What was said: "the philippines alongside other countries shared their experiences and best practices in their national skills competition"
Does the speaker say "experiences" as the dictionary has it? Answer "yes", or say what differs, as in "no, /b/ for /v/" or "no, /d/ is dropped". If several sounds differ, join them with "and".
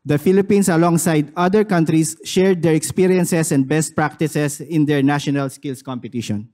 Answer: no, /s/ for /z/